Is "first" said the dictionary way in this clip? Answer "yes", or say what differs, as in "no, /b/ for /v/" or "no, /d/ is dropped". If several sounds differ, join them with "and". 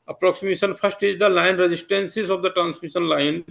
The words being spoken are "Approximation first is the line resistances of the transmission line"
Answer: no, /p/ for /f/